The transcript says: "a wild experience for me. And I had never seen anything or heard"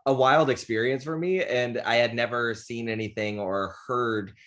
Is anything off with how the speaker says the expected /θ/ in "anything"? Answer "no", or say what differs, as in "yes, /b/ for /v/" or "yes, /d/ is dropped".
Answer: no